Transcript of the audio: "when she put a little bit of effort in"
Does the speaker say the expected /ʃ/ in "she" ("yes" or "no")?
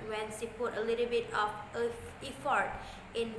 no